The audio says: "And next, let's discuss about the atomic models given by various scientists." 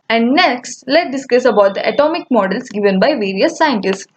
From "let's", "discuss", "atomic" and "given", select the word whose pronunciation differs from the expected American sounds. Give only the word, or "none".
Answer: let's